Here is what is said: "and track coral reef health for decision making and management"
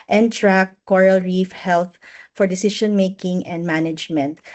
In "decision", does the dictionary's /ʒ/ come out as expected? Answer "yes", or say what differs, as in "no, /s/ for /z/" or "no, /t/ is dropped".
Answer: no, /ʃ/ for /ʒ/